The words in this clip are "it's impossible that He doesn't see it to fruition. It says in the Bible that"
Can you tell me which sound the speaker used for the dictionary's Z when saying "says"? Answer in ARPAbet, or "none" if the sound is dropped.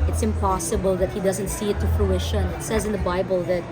Z